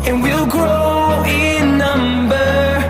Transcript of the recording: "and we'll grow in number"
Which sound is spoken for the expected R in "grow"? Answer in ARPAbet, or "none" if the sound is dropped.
R